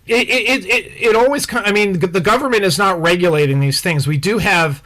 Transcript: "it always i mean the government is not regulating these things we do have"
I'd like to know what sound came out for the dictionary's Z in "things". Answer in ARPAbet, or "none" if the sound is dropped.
Z